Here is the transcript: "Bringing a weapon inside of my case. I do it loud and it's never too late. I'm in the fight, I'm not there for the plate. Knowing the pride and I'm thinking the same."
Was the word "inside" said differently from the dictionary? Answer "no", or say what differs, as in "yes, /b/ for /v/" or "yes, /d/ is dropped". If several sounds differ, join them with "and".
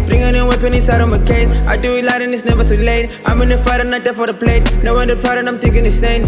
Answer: yes, /n/ is dropped